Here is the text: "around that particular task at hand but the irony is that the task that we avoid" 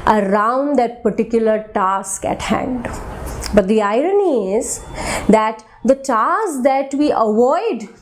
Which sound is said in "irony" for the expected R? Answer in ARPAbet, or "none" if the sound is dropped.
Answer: R